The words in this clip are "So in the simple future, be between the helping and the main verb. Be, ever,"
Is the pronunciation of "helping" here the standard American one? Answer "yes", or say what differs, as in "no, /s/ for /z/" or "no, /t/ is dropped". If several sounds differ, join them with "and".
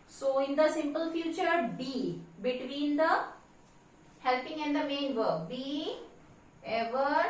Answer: yes